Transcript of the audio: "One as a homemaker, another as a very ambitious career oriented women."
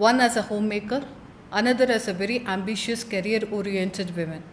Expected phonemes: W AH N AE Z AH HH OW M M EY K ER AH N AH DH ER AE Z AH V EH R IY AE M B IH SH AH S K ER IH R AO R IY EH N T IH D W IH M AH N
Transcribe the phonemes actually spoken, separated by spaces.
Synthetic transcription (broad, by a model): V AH N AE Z AH HH OW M M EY K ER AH N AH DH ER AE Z AH V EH R IY AE M B IH SH AH S K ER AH R AO R IY EH N T IH D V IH M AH N